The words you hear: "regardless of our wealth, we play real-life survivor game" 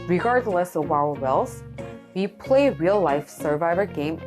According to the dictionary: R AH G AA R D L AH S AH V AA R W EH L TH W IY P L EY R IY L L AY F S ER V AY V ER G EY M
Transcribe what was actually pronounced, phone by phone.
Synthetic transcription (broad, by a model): R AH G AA R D L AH S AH W AA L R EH L S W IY P L EY R IY L L AY F S ER V AY V ER G EY M